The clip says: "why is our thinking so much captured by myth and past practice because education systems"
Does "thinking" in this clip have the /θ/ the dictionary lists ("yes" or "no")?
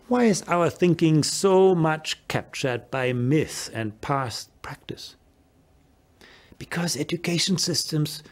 yes